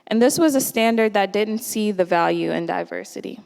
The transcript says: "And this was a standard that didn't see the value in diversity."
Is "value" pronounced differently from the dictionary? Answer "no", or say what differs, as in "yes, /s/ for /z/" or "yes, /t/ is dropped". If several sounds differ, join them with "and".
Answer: no